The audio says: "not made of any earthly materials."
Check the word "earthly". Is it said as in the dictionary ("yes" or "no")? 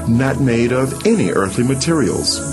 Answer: yes